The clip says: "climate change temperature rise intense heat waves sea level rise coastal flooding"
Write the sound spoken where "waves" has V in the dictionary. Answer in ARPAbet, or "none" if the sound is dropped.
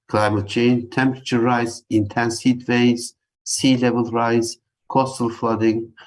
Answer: none